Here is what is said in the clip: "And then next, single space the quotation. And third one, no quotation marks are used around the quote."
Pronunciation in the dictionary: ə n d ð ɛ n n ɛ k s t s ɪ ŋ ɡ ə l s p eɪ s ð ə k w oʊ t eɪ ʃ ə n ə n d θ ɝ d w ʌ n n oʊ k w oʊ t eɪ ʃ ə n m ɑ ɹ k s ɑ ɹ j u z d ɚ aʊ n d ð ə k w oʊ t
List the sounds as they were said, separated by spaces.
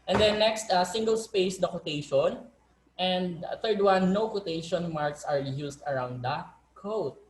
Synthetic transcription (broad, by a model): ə n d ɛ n n ɛ k s t s ɪ ŋ ɡ ə l s p eɪ s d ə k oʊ t eɪ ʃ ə n ə n d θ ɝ d w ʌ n n oʊ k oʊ t eɪ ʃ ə n m ɑ ɹ k s ɑ ɹ j u s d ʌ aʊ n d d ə k oʊ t